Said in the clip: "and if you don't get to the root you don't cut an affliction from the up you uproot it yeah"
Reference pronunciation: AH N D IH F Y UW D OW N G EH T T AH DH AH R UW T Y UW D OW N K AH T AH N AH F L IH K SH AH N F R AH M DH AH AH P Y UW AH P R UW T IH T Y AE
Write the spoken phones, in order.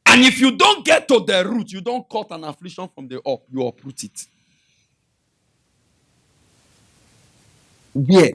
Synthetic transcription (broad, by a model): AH N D IH F Y UW D OW N G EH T T AH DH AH R UW T Y UW D OW N K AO T AH N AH F L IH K SH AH N F R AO M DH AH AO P Y UW AH P R UW T IH T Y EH